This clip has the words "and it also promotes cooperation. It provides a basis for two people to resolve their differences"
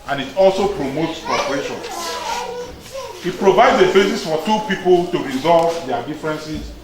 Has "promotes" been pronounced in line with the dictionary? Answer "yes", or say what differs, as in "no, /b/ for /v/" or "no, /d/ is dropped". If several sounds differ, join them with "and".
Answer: yes